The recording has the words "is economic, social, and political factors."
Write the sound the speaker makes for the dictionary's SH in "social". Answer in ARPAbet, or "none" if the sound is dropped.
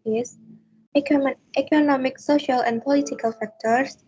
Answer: SH